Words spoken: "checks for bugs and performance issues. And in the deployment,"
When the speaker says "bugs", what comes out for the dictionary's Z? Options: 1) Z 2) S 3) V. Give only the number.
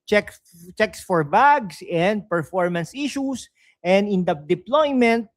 2